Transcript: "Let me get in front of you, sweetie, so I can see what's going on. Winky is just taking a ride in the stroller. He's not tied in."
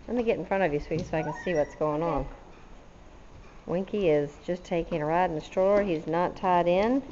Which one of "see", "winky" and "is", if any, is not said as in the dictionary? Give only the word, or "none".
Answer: none